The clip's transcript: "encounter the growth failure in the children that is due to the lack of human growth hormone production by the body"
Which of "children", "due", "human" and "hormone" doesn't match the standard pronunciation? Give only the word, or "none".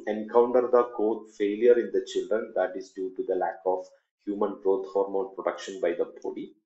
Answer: hormone